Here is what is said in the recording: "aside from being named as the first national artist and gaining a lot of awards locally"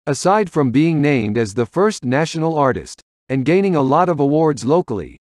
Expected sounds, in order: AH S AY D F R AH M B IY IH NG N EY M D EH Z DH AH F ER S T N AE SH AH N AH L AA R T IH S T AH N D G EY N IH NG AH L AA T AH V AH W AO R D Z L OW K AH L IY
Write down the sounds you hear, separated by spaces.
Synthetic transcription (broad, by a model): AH S AY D F R AH M B IY IH NG N EY M D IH Z DH AH F ER S T N AE SH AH N L AA R T IH S T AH N G EY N IH NG AH L AA T AH V AH W AO R D Z L OW K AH L IY